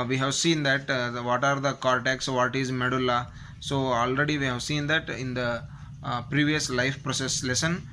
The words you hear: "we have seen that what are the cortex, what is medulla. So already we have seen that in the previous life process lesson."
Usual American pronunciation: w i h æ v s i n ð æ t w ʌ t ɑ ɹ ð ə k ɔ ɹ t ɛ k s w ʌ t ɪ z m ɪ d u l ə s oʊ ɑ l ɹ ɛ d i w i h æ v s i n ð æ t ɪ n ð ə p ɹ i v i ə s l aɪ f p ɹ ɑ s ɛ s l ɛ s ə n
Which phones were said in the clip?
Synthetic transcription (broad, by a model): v i h æ v s i n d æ t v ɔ t ɑ ɹ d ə k ɔ ɹ t ɛ k s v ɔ t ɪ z m ɪ d u l ə s oʊ ɑ l ɹ ɛ d i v i h æ v s i n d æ t ɪ n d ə p ɹ i v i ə s l aɪ f p ɹ ɑ s ɛ s l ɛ s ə n